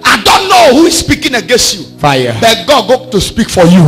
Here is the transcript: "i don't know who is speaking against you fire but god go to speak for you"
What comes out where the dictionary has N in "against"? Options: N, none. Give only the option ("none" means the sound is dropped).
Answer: N